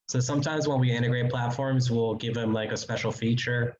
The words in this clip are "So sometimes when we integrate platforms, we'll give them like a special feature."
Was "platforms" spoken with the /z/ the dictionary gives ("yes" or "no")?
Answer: yes